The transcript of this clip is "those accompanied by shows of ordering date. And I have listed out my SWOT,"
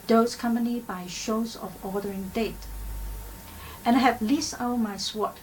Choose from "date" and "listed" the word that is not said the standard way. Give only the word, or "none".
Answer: listed